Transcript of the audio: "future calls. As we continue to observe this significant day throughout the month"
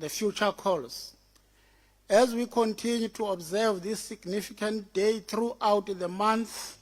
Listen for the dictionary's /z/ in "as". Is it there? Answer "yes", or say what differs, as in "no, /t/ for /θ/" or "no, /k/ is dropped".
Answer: yes